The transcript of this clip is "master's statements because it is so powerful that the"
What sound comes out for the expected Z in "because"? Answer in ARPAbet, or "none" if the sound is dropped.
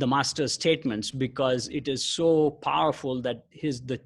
Z